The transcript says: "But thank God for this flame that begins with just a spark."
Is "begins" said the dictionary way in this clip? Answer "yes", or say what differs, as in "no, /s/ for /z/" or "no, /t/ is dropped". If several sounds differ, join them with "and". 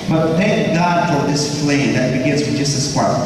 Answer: yes